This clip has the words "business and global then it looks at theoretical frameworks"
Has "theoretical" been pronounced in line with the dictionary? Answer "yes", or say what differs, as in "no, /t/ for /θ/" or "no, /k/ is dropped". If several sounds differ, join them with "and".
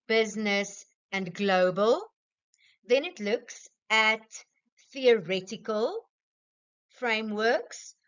yes